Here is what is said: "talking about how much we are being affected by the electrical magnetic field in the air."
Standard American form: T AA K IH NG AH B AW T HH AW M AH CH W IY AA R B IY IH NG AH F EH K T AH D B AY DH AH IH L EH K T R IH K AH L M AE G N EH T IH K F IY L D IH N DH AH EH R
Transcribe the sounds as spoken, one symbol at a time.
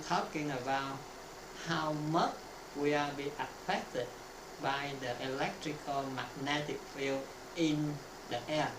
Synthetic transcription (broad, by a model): T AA K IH NG AH B AW T HH AW M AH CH W IY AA L B IY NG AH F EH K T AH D B AY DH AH IH L EH K T R IH K AH L M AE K N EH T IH K F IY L IH N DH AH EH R